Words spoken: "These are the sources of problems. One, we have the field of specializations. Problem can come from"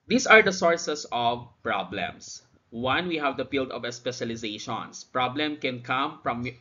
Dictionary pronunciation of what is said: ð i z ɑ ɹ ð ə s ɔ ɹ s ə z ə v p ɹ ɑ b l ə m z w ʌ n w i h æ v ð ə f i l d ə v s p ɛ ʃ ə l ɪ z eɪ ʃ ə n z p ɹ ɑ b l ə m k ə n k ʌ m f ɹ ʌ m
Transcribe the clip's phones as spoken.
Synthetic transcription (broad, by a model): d i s ɑ ɹ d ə s ɔ ɹ s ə s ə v p ɹ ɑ b l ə m s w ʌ n w i h æ v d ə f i l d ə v s p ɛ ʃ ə l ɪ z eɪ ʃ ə n s p ɹ ɑ b l ə m k ə n k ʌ m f ɹ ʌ m